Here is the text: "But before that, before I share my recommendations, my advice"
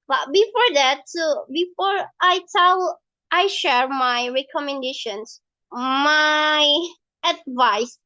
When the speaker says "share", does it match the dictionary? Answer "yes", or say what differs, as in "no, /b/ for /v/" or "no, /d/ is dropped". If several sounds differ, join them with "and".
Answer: yes